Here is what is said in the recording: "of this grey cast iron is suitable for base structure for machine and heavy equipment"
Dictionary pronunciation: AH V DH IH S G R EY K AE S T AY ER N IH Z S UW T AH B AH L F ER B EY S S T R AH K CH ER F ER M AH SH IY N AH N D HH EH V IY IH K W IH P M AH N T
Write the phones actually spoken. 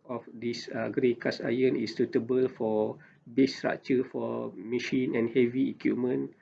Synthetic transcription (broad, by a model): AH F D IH S G R EY K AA S AY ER N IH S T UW T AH B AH L F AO B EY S S T R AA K CH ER F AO M AH SH IY N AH N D HH EH V IY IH K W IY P M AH N